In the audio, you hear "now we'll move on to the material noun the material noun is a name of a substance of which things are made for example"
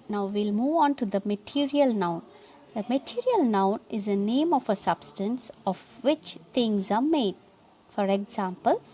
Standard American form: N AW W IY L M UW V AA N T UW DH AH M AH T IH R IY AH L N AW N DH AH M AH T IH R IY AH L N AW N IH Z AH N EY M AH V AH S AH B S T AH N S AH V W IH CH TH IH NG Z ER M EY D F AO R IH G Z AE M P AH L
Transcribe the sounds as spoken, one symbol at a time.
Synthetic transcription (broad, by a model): N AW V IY L M UW V AA N T UW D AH M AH T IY R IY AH L N AW N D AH M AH T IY R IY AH L N AW N IH Z AH N EY M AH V AH S AH B S T AH N S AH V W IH CH T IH NG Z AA M EY D F AO R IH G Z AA M P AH L